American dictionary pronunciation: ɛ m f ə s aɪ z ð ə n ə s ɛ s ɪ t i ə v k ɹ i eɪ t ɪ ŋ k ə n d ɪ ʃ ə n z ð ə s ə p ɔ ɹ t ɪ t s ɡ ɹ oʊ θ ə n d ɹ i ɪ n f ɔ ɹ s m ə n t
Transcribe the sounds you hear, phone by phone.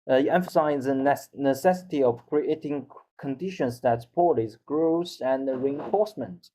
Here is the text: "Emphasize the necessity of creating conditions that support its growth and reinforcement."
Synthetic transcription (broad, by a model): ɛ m f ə s aɪ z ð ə n ə s ɛ s ɪ t i ə v k ɹ i eɪ t ɪ ŋ k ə n d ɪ ʃ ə n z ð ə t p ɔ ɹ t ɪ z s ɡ ɹ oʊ s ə n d ɹ i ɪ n f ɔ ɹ s m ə n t